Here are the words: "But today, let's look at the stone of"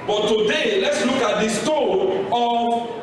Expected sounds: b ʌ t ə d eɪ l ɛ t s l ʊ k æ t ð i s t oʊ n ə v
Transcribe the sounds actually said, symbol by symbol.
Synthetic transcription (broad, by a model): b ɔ t ə d eɪ l ɛ t s l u k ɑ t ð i s t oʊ ə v